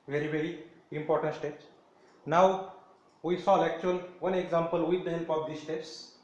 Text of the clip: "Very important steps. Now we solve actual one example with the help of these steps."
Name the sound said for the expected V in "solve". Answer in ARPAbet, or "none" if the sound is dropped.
none